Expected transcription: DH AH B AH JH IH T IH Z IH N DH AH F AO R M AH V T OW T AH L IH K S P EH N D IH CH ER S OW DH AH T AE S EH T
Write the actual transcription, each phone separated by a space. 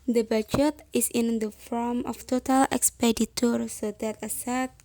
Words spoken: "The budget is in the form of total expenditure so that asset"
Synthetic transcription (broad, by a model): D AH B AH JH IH T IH S IH N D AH F AO R M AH F T OW T AH L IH K S P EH D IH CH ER S OW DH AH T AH S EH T